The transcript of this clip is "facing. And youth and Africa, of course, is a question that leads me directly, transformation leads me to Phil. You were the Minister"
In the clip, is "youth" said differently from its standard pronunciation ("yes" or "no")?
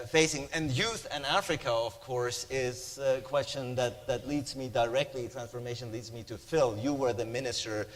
no